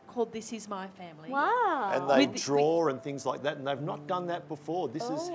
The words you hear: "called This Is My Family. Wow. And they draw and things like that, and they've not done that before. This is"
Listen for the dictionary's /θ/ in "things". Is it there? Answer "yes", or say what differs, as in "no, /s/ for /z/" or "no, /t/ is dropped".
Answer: yes